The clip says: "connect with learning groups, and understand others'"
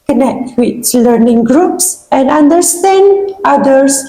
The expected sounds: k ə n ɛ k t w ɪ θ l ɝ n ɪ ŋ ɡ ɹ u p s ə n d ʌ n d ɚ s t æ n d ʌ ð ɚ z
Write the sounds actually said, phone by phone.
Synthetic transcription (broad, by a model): k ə n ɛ k t w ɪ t l ɝ n ɪ ŋ ɡ ɹ u p s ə n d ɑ n d ɚ s t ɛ n d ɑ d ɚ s